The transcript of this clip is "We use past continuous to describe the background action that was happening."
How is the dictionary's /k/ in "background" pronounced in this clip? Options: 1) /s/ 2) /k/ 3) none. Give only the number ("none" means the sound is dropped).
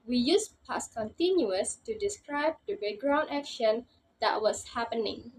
3